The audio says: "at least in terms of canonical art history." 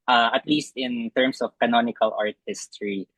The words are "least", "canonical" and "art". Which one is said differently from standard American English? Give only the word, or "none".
none